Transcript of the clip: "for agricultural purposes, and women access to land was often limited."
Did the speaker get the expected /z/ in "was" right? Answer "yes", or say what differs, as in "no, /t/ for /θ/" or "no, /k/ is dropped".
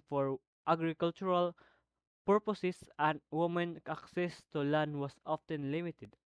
no, /s/ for /z/